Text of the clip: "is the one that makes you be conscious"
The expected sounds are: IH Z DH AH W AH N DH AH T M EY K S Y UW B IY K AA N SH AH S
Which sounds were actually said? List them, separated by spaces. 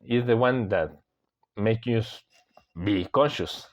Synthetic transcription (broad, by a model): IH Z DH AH W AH N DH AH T M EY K Y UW B IY K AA N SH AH S